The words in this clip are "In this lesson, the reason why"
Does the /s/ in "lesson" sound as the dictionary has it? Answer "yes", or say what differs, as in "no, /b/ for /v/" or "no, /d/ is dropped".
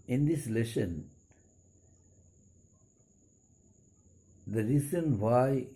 no, /ʃ/ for /s/